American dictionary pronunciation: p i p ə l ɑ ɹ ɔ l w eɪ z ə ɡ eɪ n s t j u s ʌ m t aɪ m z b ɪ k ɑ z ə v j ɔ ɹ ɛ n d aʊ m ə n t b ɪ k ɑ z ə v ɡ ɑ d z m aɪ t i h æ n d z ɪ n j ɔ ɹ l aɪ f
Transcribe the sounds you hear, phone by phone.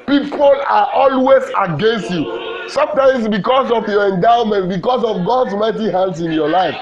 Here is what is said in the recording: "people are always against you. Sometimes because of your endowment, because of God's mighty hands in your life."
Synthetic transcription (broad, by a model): p i p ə l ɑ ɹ ɔ l w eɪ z ə ɡ eɪ n s t j u s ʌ m t aɪ m s b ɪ k ɑ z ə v j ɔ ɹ ɛ n d aʊ m ə n t b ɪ k ɑ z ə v ɡ ɑ d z m aɪ t i h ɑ n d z ɪ n j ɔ l aɪ f